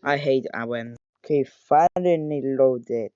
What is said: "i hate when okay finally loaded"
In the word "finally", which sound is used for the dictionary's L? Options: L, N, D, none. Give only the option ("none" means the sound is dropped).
N